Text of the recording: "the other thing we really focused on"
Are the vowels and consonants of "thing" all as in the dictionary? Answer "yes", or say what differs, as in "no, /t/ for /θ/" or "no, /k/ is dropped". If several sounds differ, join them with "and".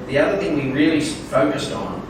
yes